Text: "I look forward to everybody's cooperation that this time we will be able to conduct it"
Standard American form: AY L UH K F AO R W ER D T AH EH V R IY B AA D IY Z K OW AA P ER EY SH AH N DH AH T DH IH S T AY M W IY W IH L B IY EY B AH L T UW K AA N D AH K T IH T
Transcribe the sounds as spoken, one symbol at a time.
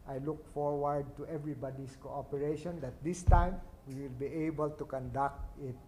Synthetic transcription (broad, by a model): AY L UH K F AO R W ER D T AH EH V R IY B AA D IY S K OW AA P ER EY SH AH N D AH T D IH S T AY M W IY W IH L B IY EY B AH L T UW K AA N D AH K T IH T